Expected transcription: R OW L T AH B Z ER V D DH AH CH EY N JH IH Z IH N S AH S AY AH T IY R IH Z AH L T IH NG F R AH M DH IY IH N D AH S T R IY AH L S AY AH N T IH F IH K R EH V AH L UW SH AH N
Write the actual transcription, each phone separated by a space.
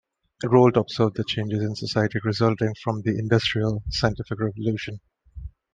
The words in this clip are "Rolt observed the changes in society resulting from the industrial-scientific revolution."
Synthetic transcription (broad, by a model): R OW L T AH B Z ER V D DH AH CH EY N JH IH Z IH N S AH S AY AH T IY R IH Z AH L T IH NG F R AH M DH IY IH N D AH S T R IY AH L S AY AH N T IH F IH K R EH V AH L UW SH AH N